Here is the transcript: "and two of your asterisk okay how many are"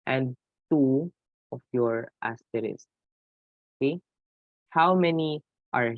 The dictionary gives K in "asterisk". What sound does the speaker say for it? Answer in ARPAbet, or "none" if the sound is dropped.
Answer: none